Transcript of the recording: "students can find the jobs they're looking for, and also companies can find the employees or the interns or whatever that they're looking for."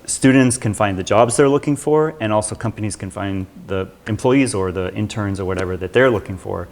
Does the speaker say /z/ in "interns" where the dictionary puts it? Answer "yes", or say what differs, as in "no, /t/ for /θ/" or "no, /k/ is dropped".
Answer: yes